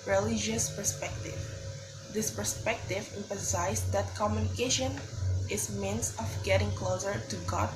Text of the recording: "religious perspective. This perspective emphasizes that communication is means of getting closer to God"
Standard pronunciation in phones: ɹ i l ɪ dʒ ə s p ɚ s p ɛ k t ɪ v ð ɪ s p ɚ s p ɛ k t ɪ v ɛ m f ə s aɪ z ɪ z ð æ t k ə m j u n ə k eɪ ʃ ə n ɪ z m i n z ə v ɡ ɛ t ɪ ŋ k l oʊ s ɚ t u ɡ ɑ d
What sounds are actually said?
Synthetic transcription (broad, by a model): ɹ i l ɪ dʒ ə s p ɚ s p ɛ k t ɪ v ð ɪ s p ɚ s p ɛ k t ɪ v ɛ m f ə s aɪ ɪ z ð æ t k ə m j u n ə k eɪ ʃ ə n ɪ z m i n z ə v ɡ ɛ t ɪ ŋ k l oʊ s ɚ t u ɡ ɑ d